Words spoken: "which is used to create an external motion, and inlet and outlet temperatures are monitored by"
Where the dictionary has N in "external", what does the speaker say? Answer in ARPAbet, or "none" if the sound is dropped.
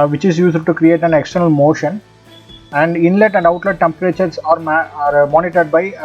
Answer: N